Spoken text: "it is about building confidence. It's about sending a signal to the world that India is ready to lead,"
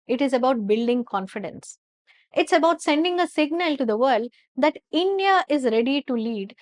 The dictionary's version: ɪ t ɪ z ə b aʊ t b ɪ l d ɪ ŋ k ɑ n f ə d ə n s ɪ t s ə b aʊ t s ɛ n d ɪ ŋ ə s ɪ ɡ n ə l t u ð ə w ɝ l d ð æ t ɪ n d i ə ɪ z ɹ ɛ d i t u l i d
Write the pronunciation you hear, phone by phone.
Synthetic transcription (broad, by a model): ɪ t ɪ z ə b aʊ t b ɪ l d ɪ ŋ k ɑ n f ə d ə n s ɪ t s ə b aʊ t s ɛ n d ɪ ŋ ə s ɪ ɡ n ə l t u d ə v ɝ l d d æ t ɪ n d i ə ɪ z ɹ ɛ d i t u l i d